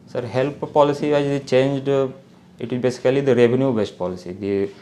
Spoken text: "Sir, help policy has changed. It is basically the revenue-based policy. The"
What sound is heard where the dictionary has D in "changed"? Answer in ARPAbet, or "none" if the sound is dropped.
D